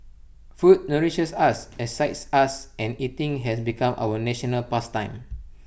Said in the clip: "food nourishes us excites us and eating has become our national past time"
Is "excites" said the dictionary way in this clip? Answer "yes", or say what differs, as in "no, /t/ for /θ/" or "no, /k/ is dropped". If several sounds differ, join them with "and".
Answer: no, /k/ is dropped